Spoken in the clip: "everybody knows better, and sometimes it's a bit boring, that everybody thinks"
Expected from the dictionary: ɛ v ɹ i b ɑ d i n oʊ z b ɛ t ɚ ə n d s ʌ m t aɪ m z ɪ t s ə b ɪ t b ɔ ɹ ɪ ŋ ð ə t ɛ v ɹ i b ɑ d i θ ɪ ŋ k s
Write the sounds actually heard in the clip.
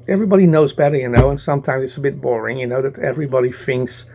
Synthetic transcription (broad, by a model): ɛ v ɹ i b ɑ d i n oʊ z b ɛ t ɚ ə n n s ʌ m t aɪ m z ɪ t s ə b ɪ t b ɔ ɹ ɪ ŋ ð ə t ɛ v ɹ i b ɑ d i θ ɪ ŋ k s